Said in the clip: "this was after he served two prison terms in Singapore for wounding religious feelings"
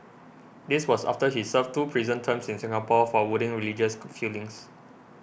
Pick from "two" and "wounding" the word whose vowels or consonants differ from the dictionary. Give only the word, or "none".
wounding